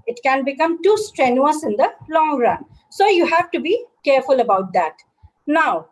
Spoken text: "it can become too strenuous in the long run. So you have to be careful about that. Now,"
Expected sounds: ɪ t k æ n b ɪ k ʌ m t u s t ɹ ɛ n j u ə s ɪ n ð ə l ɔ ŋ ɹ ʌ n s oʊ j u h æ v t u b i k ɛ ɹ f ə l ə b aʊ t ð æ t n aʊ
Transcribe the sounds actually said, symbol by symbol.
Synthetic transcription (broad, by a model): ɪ t k æ n b ɪ k ʌ m t u s t ɹ ɛ n j u ə s ɪ n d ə l ɔ ŋ ɹ ʌ n s oʊ j u h æ v t u b i k ɛ ɹ f ə l ə b aʊ t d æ t n aʊ